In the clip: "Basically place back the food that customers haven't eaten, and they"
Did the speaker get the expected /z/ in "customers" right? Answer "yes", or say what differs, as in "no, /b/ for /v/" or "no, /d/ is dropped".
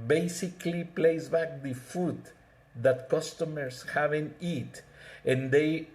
no, /s/ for /z/